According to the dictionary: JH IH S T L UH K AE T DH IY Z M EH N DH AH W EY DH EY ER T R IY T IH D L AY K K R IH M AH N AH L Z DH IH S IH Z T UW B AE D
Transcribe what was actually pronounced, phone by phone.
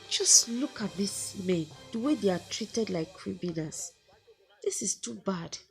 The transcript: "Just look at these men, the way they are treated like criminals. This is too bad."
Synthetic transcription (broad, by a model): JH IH S T L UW K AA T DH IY S M EH N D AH W EY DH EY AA T R IY T IH D L AY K K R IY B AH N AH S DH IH S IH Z T UW B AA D